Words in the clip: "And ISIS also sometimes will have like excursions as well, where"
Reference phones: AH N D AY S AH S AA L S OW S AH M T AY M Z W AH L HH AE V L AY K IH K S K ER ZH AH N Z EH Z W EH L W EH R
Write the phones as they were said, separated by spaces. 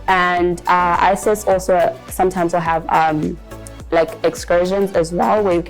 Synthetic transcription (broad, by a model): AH N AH AY S AH S AA L S OW S AH M T AY M Z W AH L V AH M L AY K IH K S K ER ZH AH N Z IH Z W EH L W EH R